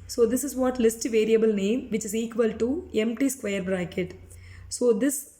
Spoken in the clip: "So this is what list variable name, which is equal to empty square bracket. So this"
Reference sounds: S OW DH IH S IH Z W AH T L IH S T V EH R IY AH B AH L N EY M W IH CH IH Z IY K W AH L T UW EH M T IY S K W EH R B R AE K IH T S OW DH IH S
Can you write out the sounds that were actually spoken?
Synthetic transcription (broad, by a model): S OW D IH S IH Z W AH T L IH S T V EH R IY AH B AH L N EY M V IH CH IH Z IY K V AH L T UW EH M T IY S K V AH R B R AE K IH T S OW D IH S